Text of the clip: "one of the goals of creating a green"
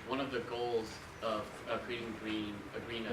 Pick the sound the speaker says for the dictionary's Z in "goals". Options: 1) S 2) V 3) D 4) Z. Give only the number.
4